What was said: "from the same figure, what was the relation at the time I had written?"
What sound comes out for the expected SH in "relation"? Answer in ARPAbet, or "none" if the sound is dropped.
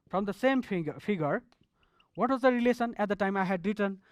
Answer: S